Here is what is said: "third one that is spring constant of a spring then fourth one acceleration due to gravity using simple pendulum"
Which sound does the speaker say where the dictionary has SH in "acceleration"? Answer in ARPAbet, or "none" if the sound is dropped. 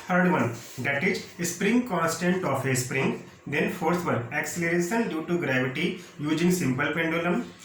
S